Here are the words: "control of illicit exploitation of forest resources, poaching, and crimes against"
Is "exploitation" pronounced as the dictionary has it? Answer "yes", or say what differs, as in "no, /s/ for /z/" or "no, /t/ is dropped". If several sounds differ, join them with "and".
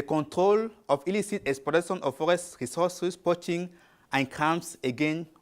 no, /l/ is dropped